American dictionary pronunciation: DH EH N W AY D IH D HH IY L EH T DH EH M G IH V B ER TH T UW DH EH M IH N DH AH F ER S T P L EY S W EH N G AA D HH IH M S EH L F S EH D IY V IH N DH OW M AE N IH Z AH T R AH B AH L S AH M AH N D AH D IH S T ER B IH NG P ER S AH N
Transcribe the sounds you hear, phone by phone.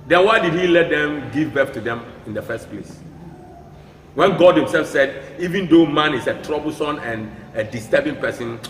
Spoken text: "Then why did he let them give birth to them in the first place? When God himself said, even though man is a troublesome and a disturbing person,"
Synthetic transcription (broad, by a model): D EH N W AY D IH D HH IY L EH T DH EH M G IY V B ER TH T UW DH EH M IH N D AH F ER S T P L EY S W EH N G AA D HH IH M S EH L F S EH D IY V IH N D OW M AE N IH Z AH T R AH B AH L S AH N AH N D AH D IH S T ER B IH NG P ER S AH N